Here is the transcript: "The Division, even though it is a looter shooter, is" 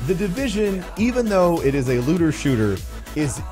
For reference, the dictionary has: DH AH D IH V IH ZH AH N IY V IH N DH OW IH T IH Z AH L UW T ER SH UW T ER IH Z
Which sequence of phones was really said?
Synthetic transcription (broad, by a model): DH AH D IH V IH ZH AH N IY V IH N DH OW IH T IH Z AH L UW T ER SH UW T ER IH Z